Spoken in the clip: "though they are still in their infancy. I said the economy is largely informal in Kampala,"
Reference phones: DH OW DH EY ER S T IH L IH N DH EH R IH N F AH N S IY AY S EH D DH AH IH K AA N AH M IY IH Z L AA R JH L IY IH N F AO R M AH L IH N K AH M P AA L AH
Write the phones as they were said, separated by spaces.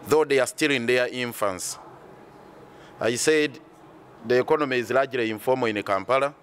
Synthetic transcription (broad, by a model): DH OW DH EY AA S T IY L IH N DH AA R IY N F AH N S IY AY S EH D DH AH K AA N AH M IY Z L AA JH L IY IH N F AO M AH N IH K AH M P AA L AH